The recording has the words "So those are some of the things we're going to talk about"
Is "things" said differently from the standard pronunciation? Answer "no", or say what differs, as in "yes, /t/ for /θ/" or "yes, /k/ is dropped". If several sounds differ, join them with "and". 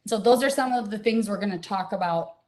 no